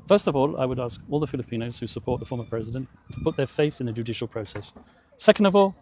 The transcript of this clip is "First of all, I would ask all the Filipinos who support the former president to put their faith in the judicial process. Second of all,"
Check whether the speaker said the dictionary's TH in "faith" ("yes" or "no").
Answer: yes